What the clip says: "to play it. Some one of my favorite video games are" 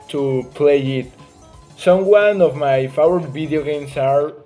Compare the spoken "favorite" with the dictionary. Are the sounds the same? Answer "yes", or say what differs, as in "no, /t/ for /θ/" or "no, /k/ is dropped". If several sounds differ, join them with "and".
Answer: no, /w/ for /v/